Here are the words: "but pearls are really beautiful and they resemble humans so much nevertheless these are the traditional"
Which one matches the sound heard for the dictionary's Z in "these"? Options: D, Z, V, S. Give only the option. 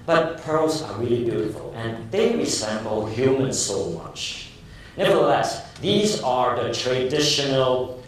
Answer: Z